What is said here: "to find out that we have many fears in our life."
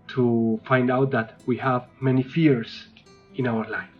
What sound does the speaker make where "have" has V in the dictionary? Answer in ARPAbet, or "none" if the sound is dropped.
V